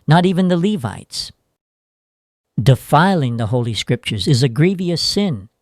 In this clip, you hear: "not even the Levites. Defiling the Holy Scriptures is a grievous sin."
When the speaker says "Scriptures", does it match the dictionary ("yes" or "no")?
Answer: yes